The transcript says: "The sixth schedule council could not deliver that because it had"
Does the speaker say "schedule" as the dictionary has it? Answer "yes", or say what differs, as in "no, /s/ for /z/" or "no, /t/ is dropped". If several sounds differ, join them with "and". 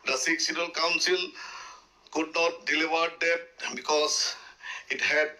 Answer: no, /k/ is dropped